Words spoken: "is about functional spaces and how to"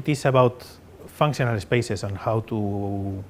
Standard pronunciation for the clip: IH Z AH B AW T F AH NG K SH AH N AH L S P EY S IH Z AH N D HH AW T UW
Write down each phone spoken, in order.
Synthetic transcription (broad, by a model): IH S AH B AW T F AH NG K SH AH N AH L S P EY S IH S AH N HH AW T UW